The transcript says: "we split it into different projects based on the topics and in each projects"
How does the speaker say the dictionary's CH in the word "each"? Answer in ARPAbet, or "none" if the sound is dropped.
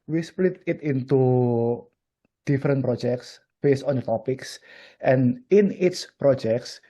S